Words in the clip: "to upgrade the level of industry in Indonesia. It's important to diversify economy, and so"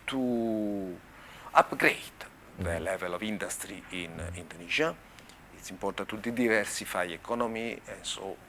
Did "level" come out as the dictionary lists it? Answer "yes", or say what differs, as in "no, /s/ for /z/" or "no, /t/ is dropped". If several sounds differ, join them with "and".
yes